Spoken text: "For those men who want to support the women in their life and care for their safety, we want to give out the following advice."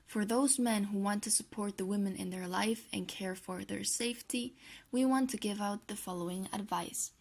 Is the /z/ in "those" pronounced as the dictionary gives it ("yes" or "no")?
yes